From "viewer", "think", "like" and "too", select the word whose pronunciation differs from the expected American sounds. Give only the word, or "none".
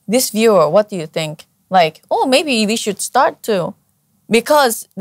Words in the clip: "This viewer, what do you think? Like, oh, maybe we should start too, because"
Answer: none